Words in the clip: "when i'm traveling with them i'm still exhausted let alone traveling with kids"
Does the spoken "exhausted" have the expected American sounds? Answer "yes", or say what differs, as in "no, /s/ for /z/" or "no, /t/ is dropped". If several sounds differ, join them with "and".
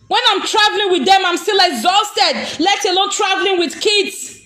yes